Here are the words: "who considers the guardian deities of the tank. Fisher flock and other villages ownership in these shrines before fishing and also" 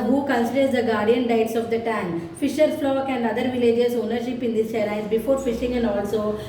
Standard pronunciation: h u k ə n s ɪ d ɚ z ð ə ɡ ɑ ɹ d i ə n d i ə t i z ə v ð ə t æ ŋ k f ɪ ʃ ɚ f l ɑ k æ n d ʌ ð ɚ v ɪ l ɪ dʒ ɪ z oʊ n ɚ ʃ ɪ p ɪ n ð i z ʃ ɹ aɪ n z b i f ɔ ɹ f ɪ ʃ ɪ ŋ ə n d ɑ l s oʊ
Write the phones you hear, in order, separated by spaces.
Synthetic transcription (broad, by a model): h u k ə n s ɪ d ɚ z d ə ɡ ɑ ɹ d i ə n d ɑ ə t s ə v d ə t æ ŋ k f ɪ ʃ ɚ f l ɑ k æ n d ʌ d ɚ v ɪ l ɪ dʒ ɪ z oʊ n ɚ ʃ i p ɪ n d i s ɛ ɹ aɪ z b i f ɔ ɹ f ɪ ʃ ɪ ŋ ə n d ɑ l s oʊ